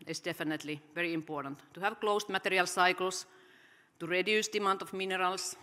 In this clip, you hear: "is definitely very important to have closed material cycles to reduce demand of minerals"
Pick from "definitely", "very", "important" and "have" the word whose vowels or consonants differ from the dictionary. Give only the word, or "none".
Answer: none